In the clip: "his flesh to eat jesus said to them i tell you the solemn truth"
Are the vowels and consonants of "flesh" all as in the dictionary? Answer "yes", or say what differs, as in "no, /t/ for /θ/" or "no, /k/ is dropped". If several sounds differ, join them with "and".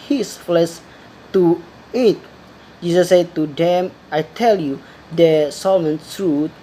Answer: no, /s/ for /ʃ/